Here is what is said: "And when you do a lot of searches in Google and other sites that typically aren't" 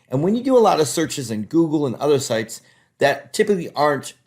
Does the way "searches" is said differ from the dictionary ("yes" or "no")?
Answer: no